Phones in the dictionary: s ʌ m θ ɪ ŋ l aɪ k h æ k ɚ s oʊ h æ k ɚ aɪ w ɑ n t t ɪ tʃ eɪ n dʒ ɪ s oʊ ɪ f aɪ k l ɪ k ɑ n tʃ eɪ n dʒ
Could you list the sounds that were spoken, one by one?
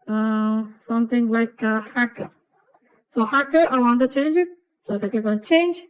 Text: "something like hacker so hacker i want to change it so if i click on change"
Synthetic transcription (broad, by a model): s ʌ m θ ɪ ŋ l aɪ k h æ k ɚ s oʊ h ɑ k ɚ aɪ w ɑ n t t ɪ tʃ eɪ n dʒ ɪ s oʊ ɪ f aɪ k ɪ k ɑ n tʃ eɪ n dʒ